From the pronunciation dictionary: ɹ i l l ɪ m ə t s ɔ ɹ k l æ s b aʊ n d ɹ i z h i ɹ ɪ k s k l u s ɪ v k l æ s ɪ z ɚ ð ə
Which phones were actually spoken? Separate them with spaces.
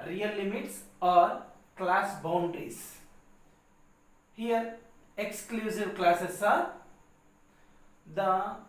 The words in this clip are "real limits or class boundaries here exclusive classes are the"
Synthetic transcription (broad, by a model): ɹ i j l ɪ m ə t s ɔ ɹ k l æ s b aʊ n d i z h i ɹ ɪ k s k l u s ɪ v k l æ s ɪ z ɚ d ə